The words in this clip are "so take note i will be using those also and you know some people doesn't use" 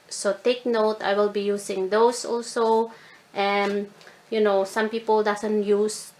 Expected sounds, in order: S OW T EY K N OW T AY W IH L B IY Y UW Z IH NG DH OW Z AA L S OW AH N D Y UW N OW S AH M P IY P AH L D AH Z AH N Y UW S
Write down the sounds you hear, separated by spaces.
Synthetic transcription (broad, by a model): S OW T EY K N OW T AY W IH L B IY Y UW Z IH NG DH OW S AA L S OW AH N Y UW N OW S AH M P IY P AH L D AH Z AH N Y UW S